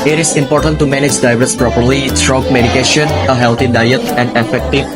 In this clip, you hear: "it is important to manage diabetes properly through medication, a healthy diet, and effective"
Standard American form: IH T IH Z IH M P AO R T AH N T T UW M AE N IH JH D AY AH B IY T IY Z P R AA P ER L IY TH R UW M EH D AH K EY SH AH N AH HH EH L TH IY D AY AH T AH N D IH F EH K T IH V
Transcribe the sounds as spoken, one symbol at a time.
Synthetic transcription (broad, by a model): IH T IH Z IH M P AO R T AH N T T UW M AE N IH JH D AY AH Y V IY S P R AA P ER L IY S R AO M EH D AH K EY SH AH N AH HH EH L T IY D AY AH T AH N D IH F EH K T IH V